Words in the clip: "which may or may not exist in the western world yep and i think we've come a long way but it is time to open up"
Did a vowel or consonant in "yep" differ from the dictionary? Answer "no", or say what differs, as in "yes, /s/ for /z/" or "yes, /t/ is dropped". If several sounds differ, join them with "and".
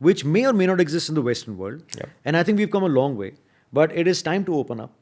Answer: yes, /p/ is dropped